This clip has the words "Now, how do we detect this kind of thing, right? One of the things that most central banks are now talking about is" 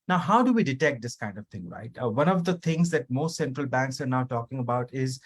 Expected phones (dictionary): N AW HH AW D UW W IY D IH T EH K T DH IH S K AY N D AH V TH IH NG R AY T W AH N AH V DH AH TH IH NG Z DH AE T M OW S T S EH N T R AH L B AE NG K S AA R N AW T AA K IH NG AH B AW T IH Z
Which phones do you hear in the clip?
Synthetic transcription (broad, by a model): N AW HH AW D UW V IY D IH T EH K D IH S K AY N D AH V T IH NG R AY T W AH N AH V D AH T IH NG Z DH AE T M OW S T S EH N T R AH L B AE NG K S AA R N AW T AA K IH NG AH B AW T IH Z